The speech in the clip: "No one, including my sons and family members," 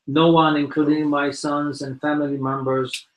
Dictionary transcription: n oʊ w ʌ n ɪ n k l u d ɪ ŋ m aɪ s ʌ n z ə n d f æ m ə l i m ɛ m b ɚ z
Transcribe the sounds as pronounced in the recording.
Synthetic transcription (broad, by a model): n oʊ w ʌ n ɪ n k l u d ɪ ŋ m aɪ s ʌ n z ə n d f æ m ə l i m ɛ m b ɚ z